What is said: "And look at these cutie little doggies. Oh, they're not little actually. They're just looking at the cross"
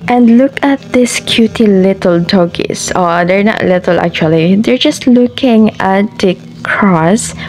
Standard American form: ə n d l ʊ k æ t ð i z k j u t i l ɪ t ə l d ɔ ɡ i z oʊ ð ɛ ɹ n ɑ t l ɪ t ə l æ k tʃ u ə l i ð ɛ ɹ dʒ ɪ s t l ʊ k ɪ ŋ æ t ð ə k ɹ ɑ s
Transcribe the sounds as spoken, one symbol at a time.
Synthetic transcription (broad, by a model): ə n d l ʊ k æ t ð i s k j u t i l ɪ t ə l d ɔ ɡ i s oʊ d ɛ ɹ n ɑ t l ɪ t ə l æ k tʃ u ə l i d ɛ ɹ dʒ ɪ s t l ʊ k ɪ ŋ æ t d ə k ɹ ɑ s